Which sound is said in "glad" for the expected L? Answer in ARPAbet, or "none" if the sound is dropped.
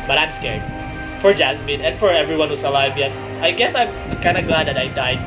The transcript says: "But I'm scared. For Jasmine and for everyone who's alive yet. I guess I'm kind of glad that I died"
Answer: L